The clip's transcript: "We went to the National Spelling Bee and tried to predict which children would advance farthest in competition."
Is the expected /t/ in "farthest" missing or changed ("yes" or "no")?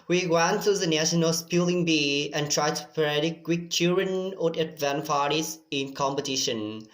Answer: yes